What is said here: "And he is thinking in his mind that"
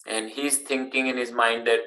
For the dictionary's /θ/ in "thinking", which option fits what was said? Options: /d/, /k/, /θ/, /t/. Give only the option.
/t/